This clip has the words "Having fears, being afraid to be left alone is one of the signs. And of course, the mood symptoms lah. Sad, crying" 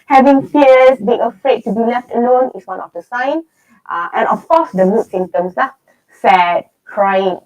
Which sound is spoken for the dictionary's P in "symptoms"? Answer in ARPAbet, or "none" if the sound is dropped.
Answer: none